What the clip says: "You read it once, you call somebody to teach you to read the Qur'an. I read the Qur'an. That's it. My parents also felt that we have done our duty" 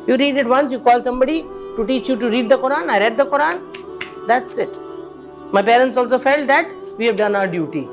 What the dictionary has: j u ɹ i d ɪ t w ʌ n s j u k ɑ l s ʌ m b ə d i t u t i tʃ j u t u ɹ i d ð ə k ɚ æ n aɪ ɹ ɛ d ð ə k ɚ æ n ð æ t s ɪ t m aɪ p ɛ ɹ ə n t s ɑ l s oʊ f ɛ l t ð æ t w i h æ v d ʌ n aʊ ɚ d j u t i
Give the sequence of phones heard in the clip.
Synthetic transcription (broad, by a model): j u ɹ i d ɪ t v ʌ n s j u k ɑ l s ʌ m b ə d i t u t i tʃ j u t u ɹ i d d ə k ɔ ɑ n aɪ ɹ ɛ d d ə k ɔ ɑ n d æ t s ɪ t m aɪ p ɛ ɹ ə n t s ɑ l s oʊ f ɛ l t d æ t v i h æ v d ʌ n aʊ ɚ d j u t i